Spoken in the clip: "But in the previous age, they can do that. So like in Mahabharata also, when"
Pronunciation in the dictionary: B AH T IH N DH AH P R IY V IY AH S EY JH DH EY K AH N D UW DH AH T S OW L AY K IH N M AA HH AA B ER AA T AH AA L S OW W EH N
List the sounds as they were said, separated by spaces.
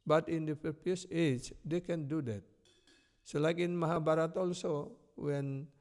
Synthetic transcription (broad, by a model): B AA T IH N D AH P IY P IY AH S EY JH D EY K AH N D UW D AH T S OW L AY K IH N M AA HH AA B AA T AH AA L S OW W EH N